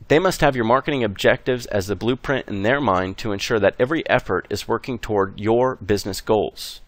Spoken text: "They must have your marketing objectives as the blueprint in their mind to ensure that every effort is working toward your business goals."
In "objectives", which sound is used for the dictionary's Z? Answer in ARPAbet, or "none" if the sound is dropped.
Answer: Z